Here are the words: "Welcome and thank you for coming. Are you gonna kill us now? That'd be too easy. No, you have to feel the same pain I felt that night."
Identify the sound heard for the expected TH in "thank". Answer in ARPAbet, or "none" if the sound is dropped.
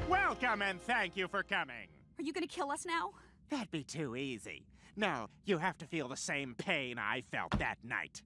TH